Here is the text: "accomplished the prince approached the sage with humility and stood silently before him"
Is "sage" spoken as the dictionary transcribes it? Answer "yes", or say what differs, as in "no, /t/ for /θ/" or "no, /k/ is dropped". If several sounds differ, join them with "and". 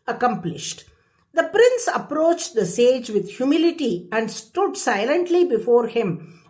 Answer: yes